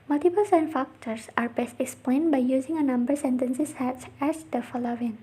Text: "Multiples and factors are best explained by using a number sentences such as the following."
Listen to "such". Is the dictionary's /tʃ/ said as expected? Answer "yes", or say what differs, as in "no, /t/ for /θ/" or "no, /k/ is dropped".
no, /s/ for /tʃ/